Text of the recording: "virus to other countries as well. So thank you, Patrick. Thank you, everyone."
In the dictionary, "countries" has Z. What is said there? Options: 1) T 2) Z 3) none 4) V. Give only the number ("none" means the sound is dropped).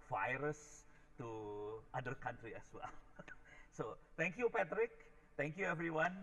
3